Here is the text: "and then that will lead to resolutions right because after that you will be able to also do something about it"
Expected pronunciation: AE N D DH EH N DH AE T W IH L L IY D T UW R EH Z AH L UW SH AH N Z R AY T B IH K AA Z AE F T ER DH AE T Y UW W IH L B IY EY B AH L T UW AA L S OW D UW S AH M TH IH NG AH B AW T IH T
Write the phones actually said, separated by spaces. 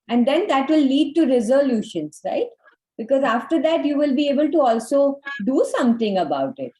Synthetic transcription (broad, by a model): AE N D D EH N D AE T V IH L L IY D T UW R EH Z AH L UW SH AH N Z R AY T B IH K AA Z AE F T ER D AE T Y UW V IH L B IY EY B AH L T UW AA L S OW D UW S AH M T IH NG AH B AW T IH T